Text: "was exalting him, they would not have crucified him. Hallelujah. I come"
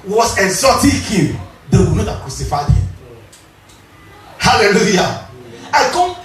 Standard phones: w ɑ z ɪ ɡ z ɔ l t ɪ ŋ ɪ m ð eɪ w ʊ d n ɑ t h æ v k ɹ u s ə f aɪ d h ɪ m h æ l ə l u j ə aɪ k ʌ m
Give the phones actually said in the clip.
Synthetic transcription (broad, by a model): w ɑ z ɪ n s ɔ t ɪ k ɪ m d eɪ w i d n ɑ t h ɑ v k ɹ u s ə f aɪ d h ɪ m h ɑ l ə l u j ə aɪ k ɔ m